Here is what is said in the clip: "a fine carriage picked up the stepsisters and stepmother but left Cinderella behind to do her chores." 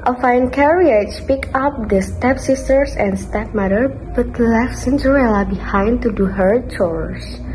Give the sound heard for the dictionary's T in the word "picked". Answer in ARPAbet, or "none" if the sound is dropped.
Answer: none